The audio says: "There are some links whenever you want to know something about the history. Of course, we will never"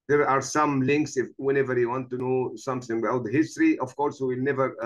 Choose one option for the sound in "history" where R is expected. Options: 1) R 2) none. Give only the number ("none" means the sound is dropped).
1